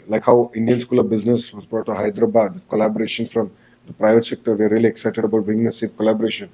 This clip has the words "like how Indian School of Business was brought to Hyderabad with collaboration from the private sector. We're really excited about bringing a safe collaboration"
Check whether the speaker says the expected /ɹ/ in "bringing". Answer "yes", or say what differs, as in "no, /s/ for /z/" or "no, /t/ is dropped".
no, /ɹ/ is dropped